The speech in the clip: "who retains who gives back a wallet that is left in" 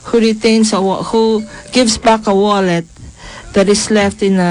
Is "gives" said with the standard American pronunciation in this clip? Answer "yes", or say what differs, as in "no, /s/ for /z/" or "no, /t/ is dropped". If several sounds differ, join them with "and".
no, /s/ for /z/